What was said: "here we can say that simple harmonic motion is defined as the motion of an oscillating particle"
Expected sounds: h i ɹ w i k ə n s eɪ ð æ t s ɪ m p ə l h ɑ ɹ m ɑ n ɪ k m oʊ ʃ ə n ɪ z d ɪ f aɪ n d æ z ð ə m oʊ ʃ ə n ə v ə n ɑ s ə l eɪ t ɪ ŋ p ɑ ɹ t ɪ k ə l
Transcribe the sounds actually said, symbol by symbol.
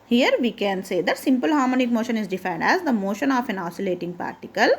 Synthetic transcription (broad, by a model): h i ɹ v i k ə n s eɪ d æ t s ɪ m p ə l h ɑ ɹ m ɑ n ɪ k m oʊ ʃ ə n ɪ z d ɪ f aɪ n d æ z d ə m oʊ ʃ ə n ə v ə n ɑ s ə l eɪ t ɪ ŋ p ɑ ɹ t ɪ k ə l